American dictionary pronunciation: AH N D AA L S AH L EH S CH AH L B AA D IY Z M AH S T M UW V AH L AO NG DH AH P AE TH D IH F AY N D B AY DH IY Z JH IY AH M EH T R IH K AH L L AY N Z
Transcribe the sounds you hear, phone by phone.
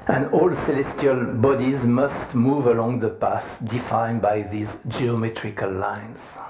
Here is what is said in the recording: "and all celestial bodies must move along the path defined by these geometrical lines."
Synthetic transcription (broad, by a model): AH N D AA L S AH L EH S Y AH L B AA D IY Z M AH S T M UW V AH L AO NG DH AH P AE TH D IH F AY N B AY DH IY Z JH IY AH M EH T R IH K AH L L AY N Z